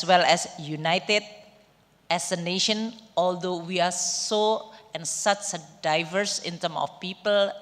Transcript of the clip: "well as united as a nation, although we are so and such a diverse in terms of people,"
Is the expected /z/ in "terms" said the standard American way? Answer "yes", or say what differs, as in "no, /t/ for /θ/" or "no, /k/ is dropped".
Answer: no, /z/ is dropped